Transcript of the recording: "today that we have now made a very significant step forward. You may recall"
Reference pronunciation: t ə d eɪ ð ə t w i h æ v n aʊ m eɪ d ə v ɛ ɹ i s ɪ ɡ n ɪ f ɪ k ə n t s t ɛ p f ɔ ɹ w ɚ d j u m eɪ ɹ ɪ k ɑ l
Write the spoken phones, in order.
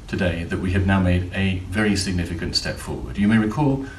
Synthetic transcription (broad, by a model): t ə d eɪ ð ə t w i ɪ v n aʊ m eɪ d ə v ɛ ɹ i s ɪ ɡ n ɪ f ɪ k ə n t s t ɛ p f ɔ ɹ w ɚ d j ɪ m eɪ ɹ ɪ k ɑ l